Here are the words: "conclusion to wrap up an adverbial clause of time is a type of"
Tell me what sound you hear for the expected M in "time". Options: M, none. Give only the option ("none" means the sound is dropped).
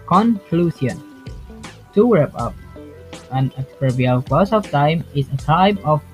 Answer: M